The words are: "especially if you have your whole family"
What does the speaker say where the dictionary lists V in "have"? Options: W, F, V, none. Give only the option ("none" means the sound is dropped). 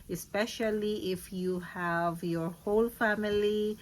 V